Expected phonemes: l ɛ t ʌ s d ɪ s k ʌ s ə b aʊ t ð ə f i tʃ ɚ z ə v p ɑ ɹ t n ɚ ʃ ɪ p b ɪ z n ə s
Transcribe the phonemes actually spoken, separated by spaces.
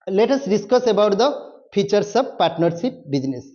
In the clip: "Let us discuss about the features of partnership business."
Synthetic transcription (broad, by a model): l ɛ t ʌ s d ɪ s k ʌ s ə b aʊ t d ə p i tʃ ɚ s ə b p ɑ ɹ t n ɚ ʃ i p b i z n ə s